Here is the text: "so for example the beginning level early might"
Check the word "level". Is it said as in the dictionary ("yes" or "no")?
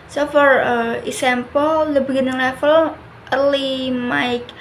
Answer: no